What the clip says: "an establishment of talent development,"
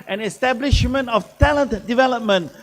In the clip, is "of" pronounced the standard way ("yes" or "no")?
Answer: no